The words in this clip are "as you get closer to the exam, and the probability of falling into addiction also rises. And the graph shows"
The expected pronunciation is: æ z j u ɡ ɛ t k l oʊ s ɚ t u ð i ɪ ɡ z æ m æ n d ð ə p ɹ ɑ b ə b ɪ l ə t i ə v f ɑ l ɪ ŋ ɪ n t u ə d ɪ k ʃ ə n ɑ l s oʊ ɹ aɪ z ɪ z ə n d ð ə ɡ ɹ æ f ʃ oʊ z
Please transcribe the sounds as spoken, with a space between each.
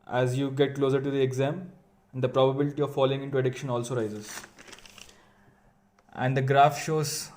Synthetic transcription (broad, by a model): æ z j u ɡ ɛ t k l oʊ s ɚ t u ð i ɪ ɡ z æ m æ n d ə p ɹ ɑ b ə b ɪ l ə t i ə v f ɑ l ɪ ŋ ɪ n t u ə d ɪ k ʃ ə n ɑ l s oʊ ɹ aɪ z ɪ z ə n d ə ɡ ɹ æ f ʃ oʊ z